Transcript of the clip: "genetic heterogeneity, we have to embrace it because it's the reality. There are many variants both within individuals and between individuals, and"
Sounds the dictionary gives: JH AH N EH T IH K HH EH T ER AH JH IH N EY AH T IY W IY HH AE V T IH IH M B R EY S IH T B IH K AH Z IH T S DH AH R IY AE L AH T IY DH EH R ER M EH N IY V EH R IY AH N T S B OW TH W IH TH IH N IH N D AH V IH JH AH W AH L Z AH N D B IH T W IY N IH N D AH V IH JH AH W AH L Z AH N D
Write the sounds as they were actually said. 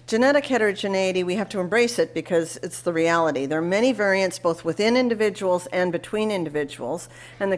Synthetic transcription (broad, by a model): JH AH N EH T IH K HH EH T ER AH JH IH N EY AH T IY W IY HH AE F T IH IH M B R EY S IH T B IH K AH Z IH T S DH AH R IY AE L AH T IY DH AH R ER M EH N IY V EH R IY AH N T S B OW TH W IH TH IH N IH N D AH V IH JH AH W L Z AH N B IH T W IY N IH N D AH V IH JH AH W L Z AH N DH